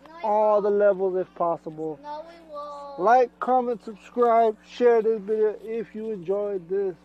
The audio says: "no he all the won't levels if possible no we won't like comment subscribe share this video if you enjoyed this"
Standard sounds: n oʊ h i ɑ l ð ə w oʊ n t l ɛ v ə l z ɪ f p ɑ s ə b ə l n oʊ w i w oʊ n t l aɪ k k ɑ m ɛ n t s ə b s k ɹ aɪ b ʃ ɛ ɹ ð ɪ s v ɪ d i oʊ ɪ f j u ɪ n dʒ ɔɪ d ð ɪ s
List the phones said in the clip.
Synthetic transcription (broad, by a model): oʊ ɑ l ð ə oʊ l ɛ v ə l z ɪ f p ɑ s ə b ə l l aɪ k k ɑ m ɛ n t s ə b s k ɹ aɪ b ʃ ɛ ɹ ð ɪ s b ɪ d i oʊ ɪ f j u ɪ n dʒ ɔɪ d ð ɪ s